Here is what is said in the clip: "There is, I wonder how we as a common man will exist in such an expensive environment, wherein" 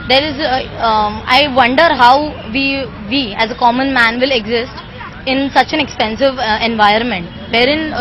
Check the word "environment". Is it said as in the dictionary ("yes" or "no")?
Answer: no